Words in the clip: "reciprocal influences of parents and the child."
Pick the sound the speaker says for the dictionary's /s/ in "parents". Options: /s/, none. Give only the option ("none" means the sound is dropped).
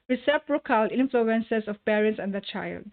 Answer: /s/